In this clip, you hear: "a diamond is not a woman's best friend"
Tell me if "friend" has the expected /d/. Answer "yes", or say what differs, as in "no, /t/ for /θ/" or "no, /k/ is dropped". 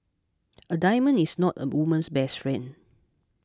no, /d/ is dropped